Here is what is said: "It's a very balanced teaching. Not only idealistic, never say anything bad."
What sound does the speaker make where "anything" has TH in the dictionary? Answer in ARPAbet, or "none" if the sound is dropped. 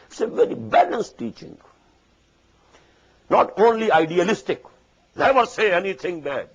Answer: T